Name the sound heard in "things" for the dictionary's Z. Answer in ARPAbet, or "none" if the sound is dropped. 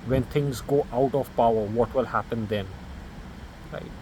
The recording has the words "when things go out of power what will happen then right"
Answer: Z